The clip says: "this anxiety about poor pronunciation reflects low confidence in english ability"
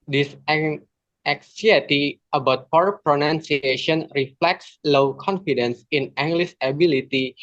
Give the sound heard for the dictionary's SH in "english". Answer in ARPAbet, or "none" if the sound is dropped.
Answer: S